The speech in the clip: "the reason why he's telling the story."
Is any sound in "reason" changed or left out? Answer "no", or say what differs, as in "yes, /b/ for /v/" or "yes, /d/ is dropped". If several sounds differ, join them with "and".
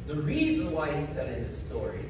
no